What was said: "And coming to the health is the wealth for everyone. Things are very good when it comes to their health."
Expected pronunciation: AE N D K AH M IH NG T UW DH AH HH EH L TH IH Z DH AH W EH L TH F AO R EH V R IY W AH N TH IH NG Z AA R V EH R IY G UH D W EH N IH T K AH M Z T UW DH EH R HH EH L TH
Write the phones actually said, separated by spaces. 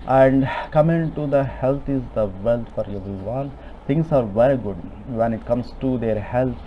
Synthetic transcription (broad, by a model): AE N D K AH M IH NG T UW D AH HH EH L T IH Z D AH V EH L T F AO R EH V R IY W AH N T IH NG S AA R V EH R IY G UH D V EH N IH T K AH M S T UW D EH R HH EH L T